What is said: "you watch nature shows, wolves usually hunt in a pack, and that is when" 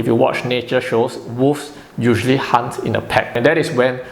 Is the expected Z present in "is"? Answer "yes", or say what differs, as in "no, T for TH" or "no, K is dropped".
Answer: no, S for Z